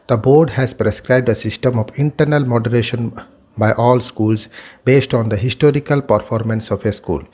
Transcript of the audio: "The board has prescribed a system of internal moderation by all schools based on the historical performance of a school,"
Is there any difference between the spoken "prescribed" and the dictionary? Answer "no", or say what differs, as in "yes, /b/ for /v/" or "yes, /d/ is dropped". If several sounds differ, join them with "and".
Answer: no